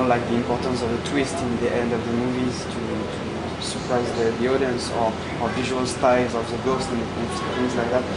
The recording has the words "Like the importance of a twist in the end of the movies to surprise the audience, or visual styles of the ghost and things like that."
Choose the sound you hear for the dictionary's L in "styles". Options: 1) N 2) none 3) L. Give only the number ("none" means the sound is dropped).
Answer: 2